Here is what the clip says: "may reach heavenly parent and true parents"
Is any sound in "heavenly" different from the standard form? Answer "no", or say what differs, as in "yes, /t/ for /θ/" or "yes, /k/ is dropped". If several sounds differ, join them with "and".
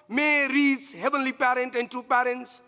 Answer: no